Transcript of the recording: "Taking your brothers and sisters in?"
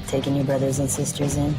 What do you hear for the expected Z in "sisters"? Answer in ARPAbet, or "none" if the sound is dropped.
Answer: Z